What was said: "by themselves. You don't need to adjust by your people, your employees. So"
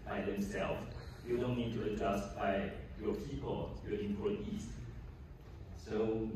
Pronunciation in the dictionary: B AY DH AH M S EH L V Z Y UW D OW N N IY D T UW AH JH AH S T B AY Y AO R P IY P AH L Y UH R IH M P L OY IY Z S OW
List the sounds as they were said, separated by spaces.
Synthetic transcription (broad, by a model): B AY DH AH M S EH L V Y UW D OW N N IY D T UW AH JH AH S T B AY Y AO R P IY P AH L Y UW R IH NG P OY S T S OW